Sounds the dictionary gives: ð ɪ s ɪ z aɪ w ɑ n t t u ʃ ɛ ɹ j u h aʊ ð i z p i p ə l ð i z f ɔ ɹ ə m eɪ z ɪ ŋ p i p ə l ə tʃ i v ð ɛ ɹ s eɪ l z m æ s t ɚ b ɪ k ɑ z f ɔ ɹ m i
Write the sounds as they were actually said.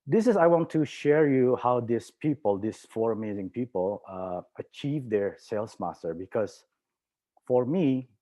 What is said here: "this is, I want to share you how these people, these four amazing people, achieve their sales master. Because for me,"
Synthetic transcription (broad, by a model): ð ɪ s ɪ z aɪ w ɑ n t t u ʃ ɛ ɹ j u h aʊ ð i s p i p ə l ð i s f ɔ ɹ ə m eɪ z ɪ ŋ p i p ə l ə tʃ i v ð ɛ ɹ s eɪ l s m æ s t ɚ b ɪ k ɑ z f ɔ ɹ m i